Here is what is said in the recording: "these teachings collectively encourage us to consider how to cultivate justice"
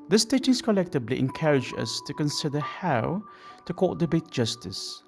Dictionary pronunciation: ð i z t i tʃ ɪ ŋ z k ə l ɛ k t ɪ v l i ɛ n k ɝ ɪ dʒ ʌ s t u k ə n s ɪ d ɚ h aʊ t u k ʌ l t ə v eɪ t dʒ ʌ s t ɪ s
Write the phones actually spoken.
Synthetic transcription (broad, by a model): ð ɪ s t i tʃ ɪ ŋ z k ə l ɛ k t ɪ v l i ɛ n k ɝ ɪ dʒ ʌ s t u k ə n s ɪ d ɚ h aʊ t u k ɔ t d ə b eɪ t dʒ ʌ s t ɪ s